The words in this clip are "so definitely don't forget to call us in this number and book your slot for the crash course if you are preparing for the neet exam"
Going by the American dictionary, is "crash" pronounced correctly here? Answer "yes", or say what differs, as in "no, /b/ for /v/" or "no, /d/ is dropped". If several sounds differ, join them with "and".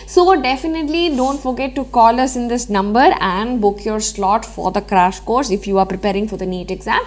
yes